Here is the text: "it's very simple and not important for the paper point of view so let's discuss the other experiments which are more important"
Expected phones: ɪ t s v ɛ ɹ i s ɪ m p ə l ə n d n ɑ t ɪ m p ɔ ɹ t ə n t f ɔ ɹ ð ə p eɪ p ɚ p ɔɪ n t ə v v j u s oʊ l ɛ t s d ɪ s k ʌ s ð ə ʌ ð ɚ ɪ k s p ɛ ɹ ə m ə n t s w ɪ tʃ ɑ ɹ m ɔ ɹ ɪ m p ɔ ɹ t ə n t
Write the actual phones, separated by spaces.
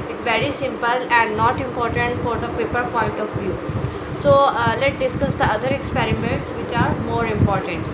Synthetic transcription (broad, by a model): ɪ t v ɛ ɹ i s ɪ m p ə l ə n d n ɑ t ɪ m p ɔ ɹ t ə n t f ɔ ɹ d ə p eɪ p ɚ p ɔɪ n t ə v v j u s oʊ l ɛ t d ɪ s k ʌ s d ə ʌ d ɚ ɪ k s p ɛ ɹ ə m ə n t s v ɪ tʃ ɑ ɹ m ɔ ɹ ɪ m p ɔ ɹ t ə n t